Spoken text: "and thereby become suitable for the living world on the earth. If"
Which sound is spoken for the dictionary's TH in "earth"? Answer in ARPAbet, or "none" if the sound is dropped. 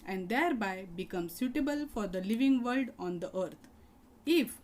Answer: T